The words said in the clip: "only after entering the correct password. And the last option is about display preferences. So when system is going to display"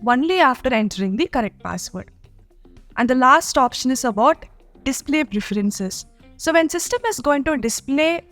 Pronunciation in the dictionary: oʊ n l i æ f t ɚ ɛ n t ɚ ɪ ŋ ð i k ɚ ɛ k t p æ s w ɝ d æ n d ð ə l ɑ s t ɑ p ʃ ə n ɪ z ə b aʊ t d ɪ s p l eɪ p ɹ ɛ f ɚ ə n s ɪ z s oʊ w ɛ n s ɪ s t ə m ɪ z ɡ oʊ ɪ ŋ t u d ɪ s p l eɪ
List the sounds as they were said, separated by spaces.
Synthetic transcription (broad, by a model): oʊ n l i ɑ f t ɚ ɛ n t ɚ ɪ ŋ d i k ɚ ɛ k t p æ s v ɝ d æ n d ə l ɑ s t ɑ p ʃ ə n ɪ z ə b aʊ t d ɪ s p l eɪ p ɹ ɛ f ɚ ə n s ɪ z s oʊ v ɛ n s ɪ s t ə m ɪ z ɡ oʊ ɪ ŋ t u d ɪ s p l eɪ